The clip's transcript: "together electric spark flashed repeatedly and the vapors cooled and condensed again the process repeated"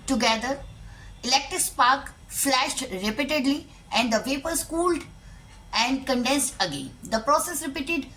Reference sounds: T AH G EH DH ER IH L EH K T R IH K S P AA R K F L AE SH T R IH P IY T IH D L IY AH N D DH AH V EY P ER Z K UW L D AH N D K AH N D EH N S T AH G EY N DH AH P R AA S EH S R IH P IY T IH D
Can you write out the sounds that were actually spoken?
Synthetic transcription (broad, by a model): T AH G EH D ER IH L EH K T R IH K S P AA R K F L AE SH T R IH P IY T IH D L IY AH N D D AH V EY P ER S K UW L D AH N D K AH N D EH N S T AH G EY N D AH P R AA S EH S R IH P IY T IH D